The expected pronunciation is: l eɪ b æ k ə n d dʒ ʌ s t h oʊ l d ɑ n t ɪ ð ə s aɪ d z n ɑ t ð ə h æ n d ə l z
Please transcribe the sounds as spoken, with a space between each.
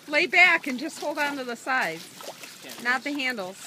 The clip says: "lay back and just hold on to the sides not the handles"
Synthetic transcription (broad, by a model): l eɪ b æ k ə n dʒ ʌ s t h oʊ l d ɑ n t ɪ ð ə s aɪ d n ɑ t ð ə h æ n d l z